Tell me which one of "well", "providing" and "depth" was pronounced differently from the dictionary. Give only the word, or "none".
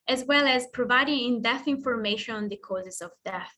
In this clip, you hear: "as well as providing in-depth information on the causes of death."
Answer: depth